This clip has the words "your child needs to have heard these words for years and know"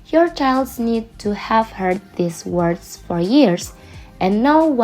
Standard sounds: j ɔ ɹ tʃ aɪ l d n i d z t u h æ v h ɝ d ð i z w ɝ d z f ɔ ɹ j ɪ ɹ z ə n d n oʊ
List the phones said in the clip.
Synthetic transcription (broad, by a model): j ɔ ɹ tʃ aɪ l d n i d t u h æ v h ɝ d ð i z w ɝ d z f ɔ ɹ j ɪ ɹ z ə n n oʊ